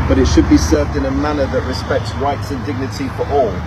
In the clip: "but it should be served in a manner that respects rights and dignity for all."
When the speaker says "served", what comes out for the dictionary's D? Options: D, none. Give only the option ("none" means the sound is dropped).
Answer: D